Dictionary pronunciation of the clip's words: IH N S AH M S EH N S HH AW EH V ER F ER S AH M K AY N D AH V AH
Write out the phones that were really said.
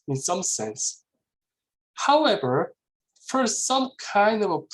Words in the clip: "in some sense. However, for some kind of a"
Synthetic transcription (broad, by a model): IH N S AH M S EH N S HH AW EH V ER F ER S AH M K AY N D AH V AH